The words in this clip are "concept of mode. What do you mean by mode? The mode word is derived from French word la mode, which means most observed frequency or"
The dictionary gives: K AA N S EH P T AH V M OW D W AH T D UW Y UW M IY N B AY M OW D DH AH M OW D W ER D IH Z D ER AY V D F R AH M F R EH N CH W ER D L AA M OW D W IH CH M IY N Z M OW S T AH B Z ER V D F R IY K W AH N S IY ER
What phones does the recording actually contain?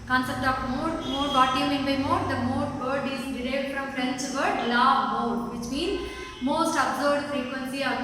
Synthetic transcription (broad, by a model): K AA N S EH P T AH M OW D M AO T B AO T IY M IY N B AY M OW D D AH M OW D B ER D IH Z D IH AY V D F R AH M F R EH N CH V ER D L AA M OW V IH CH M IY N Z M OW S T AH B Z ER D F R IY K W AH N S IY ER